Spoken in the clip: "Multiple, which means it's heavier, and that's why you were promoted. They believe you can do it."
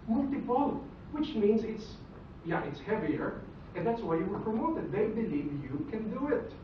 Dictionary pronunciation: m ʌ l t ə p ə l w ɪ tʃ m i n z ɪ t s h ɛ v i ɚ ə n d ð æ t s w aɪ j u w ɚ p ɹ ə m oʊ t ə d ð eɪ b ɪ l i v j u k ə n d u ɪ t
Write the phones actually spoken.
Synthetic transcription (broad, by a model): m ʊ l t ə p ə l w ɪ tʃ m i n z ɪ t s h ɛ v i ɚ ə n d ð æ t s w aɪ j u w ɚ p ɹ ə m oʊ t ə d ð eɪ b ɪ l i v j u k ə n d u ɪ t